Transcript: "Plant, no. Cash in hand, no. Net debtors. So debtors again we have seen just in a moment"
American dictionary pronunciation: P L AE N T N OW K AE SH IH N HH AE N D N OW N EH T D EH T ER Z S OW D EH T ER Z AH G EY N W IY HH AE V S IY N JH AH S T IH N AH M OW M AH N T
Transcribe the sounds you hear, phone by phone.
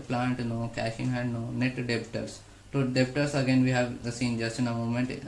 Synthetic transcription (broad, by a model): P L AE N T N OW K AE SH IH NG HH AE D N OW N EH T D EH T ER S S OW D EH T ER S AH G EY N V IY HH AE V S IY N JH AH S T IH N AH M OW M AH N T